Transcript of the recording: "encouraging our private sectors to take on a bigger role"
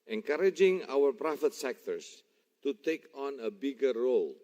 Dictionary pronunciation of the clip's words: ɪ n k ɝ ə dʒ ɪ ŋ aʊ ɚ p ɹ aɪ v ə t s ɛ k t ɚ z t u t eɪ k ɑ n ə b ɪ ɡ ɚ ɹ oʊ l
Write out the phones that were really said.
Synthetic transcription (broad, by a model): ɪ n k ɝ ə dʒ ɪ ŋ aʊ ɚ p ɹ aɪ f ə t s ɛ k t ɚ s t u t eɪ k ɑ n ə b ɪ ɡ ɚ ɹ oʊ l